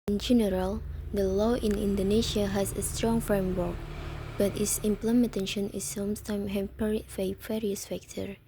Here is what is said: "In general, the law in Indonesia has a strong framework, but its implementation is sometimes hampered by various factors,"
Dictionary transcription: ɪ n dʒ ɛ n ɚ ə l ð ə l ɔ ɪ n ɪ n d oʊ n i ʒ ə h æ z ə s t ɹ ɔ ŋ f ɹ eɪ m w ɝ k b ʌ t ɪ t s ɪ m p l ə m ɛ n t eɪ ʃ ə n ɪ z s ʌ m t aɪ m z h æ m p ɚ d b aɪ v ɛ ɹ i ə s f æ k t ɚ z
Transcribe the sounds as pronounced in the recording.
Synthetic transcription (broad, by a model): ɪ n dʒ ɛ n ɚ ə l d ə l ɔ ɪ n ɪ n d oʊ n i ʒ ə h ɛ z ə s t ɹ ɔ ŋ f ɹ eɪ m w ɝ k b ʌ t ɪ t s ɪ m p l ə m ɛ n t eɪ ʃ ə n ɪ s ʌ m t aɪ m h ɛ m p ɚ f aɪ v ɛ ɹ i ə s f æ k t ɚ